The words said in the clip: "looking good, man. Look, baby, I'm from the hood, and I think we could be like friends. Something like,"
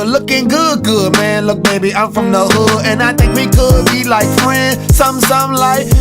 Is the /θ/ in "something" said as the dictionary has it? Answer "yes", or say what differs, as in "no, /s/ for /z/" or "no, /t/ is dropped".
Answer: no, /s/ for /θ/